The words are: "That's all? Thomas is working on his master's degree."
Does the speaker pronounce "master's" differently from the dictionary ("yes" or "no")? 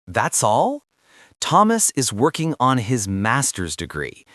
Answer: no